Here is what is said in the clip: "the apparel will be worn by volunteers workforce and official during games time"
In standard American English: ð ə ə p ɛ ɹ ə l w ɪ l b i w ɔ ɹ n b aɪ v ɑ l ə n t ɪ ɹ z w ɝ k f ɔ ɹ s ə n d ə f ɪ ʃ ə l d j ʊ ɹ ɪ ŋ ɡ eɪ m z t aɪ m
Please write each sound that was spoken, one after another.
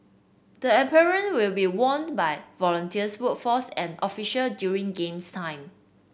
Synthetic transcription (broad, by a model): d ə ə p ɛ ɹ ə n w ɪ l b i w ɔ n b aɪ v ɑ l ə n t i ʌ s w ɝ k f ɔ s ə n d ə f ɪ ʃ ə l d j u ɹ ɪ ŋ ɡ eɪ m s t aɪ m